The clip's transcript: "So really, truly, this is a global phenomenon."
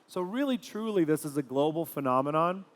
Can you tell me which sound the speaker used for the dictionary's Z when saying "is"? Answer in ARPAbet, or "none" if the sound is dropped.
Z